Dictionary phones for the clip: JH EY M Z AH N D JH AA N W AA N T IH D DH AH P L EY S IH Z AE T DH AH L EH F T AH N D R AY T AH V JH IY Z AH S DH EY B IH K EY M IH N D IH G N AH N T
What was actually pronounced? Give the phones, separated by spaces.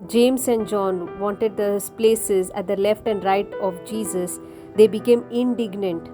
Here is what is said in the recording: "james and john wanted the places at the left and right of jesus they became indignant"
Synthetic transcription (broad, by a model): JH EY M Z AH N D JH AA N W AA N T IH D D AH P L EY S IH Z AE T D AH L EH F T AH N D R AY T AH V JH IY Z AH S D EY B IH K EY M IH N D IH G N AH N T